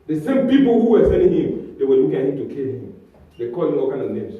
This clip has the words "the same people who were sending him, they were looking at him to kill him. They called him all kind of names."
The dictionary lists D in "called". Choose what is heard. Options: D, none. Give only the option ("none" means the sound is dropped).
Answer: none